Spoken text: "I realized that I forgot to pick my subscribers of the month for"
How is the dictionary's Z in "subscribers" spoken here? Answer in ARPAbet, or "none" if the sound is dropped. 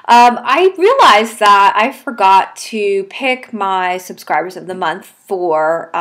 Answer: Z